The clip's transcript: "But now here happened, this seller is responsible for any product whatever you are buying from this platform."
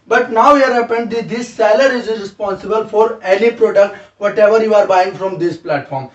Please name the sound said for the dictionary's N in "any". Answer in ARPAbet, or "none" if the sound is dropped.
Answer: L